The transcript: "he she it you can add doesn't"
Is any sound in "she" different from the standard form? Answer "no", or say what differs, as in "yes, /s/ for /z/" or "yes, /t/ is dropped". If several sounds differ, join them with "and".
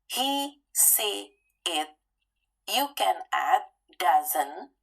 yes, /s/ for /ʃ/